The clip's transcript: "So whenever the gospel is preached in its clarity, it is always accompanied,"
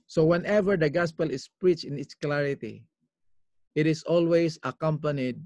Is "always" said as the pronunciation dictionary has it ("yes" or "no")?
no